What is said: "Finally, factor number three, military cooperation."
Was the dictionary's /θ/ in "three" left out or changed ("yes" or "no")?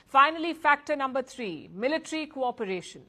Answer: yes